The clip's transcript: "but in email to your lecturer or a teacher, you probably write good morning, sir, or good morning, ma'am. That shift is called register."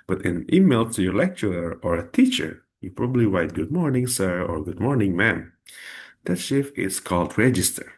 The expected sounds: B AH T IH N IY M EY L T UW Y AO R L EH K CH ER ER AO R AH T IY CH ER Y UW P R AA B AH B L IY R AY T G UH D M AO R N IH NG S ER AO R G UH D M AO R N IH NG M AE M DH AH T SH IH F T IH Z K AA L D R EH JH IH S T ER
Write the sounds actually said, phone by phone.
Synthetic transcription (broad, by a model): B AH T IH N IY M EY L T UW Y AO R L EH K CH ER ER AO R AH T IY CH ER Y UW P R AA B AH B L IY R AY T G UH D M AO R N IH NG S ER AO R G UH D M AO R N IH NG M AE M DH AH T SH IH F IH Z K AA L D R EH JH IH S T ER